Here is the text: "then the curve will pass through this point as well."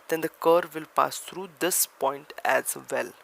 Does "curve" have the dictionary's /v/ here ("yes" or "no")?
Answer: yes